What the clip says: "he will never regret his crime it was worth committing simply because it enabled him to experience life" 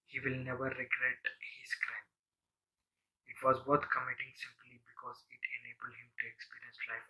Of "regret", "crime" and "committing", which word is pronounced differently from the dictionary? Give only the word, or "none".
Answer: none